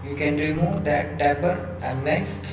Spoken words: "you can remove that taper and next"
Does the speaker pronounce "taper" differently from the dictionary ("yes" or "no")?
yes